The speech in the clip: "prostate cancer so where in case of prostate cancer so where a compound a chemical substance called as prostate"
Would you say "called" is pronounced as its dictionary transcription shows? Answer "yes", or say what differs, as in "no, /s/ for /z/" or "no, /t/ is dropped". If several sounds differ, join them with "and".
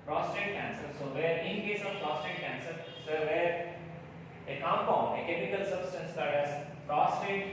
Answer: no, /l/ is dropped